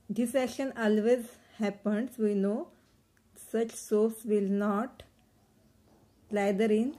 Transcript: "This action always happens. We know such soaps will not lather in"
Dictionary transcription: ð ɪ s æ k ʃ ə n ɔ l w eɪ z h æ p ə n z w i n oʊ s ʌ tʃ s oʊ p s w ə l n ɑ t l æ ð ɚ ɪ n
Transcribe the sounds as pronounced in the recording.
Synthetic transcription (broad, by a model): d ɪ s æ k ʃ ə n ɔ l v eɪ z h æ p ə n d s i n oʊ s ʌ tʃ s oʊ f s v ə l n ɑ t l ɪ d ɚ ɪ n